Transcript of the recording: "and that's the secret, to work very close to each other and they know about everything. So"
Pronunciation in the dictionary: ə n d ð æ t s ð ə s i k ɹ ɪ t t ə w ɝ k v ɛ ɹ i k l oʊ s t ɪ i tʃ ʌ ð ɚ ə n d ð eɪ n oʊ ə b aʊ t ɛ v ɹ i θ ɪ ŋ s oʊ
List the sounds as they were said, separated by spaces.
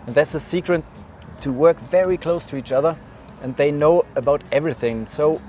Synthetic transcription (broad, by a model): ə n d ð æ t s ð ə s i k ɹ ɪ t t ə w ɝ k v ɛ ɹ i k l oʊ s t ɪ i tʃ ʌ ð ɚ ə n ð eɪ n oʊ ə b aʊ t ɛ v ɹ i θ ɪ ŋ s oʊ